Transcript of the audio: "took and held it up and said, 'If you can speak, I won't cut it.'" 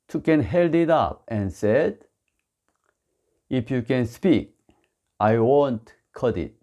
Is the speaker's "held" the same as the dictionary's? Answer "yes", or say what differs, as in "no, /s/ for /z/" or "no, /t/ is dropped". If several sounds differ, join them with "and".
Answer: yes